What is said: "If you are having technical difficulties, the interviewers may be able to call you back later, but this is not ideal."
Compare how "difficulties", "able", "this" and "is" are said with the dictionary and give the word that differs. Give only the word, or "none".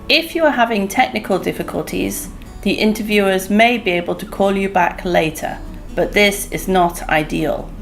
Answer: none